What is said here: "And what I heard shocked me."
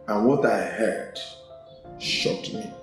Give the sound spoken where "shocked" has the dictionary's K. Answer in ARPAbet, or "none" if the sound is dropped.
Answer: none